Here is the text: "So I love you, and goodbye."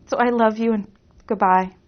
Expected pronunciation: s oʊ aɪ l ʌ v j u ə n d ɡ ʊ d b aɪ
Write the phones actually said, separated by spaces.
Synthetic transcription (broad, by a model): s oʊ aɪ l ʌ v j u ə n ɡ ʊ d b aɪ